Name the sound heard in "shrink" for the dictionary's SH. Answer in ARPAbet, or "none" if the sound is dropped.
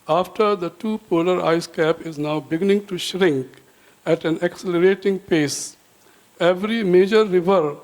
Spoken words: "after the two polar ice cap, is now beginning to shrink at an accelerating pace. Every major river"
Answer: SH